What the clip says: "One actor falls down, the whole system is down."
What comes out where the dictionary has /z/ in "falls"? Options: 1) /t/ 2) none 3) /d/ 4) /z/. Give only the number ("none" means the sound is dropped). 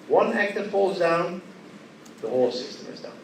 4